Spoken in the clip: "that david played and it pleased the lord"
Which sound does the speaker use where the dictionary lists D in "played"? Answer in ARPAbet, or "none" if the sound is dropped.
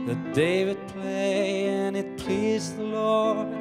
none